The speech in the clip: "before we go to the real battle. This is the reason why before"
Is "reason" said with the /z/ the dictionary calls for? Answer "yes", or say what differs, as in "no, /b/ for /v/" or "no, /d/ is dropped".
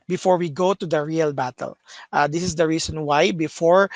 no, /s/ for /z/